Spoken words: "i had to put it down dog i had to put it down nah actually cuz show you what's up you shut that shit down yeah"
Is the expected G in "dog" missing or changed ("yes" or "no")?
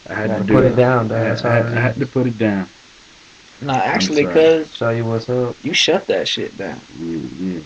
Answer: yes